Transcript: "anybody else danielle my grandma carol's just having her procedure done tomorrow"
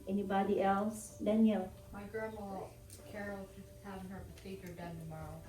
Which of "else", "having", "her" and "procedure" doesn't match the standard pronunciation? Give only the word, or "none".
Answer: procedure